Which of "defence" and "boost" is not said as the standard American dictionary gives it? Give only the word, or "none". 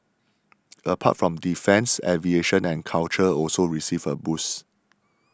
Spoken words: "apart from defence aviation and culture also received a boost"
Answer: boost